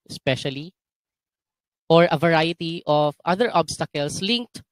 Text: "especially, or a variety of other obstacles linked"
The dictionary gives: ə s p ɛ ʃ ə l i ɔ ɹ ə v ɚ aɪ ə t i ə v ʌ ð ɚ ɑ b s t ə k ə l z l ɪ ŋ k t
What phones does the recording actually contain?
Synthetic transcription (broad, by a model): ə s p ɛ ʃ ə l i ɔ ɹ ə v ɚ aɪ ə t i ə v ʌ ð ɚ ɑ b s t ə k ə l s l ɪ ŋ k t